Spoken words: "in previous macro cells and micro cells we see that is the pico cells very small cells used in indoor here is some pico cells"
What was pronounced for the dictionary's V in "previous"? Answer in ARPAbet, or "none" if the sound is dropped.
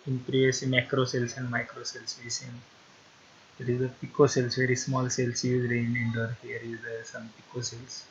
none